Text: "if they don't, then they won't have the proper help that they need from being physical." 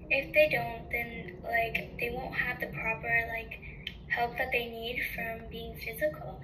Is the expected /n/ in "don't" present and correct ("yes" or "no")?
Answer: yes